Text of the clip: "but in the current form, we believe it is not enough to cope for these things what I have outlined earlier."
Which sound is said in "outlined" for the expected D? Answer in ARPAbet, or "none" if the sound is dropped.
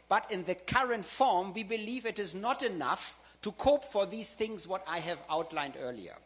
D